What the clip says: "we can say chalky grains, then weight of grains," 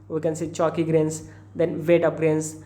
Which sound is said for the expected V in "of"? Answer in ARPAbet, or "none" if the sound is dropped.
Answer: P